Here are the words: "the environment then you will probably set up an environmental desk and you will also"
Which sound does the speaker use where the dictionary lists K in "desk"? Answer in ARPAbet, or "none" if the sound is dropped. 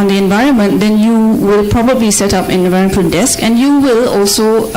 K